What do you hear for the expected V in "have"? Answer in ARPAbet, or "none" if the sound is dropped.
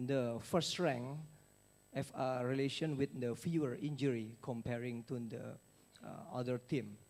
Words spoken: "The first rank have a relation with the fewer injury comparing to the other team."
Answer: F